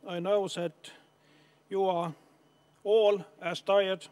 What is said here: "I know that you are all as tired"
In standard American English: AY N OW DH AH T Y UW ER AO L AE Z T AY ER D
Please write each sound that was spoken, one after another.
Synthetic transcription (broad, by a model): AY N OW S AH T Y UW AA AO L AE S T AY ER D